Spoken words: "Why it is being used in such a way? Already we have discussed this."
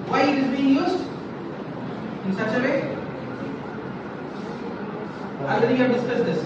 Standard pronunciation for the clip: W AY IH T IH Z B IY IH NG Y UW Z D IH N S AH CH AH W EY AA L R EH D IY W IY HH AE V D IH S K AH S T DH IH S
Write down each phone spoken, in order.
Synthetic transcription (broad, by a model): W AY IH T IH Z B IY IH NG Y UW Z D IH N S AH CH AH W EY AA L EH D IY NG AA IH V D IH S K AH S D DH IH S